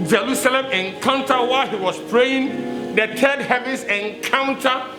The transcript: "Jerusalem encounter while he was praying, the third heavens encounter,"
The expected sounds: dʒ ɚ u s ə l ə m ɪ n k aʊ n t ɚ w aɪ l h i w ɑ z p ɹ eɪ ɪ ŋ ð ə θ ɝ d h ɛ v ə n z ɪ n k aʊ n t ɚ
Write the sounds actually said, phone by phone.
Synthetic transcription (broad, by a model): dʒ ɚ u s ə l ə m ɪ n k aʊ n t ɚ w aɪ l h i w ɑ s p ɹ eɪ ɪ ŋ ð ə t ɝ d h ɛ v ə n s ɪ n k aʊ n t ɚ